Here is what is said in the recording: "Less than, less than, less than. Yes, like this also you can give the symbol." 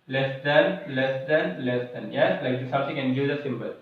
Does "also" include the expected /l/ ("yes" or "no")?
no